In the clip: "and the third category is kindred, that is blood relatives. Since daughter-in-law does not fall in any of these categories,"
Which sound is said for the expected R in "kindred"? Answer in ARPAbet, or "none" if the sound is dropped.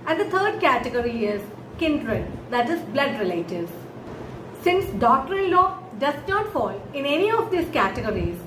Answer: R